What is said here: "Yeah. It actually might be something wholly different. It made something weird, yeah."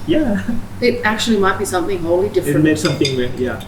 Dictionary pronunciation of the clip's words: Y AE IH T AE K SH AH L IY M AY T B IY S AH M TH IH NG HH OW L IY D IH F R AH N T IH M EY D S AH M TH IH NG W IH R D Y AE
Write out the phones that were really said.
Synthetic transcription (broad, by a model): Y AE IH T AE K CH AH L IY M AY T B IY S AH M TH IH NG HH OW L IY D IH F AH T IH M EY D S AH M TH IH NG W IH Y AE